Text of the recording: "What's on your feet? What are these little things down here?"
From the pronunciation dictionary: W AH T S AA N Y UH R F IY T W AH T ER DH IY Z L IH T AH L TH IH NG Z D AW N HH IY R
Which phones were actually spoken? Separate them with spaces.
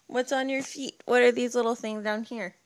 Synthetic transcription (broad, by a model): W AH T S N Y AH R F IY T W AH T ER DH IY Z L IH T L TH IH NG Z D AW N HH IY R